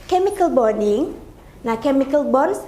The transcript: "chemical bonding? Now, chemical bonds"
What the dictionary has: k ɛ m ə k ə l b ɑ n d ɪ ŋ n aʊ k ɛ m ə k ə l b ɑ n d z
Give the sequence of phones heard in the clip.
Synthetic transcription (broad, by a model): k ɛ m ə k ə l b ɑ d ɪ ŋ n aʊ k ɛ m ə k ə l b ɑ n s